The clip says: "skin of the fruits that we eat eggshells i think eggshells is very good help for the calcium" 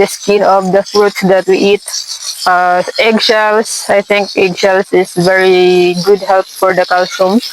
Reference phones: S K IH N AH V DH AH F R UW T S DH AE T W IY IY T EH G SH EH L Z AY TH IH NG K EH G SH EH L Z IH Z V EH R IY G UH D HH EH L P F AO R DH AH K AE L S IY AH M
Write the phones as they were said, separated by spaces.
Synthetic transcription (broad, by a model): S K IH N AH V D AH F R UW T S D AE T W IY IY T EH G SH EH L S AY T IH NG K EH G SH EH L S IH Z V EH R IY G UH D HH EH L P F AO R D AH K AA L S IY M